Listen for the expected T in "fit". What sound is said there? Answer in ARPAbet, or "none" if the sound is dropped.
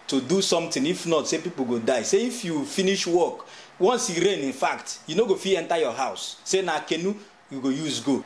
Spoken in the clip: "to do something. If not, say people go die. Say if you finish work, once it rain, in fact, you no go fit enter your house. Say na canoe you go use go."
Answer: none